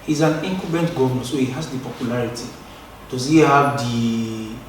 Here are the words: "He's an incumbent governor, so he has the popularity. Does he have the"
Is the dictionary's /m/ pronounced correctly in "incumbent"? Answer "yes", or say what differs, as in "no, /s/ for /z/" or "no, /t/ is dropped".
no, /m/ is dropped